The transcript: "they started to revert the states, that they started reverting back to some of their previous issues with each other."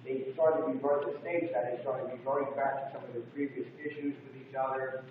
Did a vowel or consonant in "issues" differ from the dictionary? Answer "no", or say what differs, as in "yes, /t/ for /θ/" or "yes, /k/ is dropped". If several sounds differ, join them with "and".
no